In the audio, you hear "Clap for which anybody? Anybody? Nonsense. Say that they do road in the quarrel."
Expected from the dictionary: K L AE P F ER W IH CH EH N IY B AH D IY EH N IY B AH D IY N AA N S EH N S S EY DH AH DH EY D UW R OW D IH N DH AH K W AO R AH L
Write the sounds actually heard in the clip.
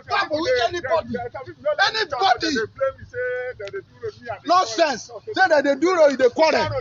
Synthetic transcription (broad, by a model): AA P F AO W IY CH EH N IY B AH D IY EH N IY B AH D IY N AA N S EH N S S EY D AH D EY D UW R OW IH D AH K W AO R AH